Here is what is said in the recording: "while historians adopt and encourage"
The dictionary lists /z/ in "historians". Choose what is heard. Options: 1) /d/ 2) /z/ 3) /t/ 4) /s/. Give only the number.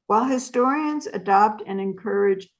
2